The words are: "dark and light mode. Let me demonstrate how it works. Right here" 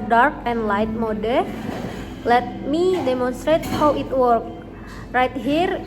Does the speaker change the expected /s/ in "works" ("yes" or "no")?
yes